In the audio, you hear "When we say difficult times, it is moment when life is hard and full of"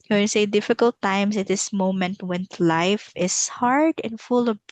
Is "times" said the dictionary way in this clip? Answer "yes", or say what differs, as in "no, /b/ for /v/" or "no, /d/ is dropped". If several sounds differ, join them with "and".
no, /s/ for /z/